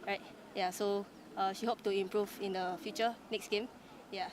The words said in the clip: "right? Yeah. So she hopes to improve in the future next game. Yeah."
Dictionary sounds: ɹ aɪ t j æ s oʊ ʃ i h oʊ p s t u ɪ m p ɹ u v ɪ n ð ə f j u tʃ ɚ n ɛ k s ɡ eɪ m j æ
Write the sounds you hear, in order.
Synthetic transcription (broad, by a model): ɹ aɪ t j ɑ s oʊ ʃ i h oʊ p t u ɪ m p ɹ u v ɪ n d ə f j u tʃ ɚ n ɛ k s ɡ eɪ m j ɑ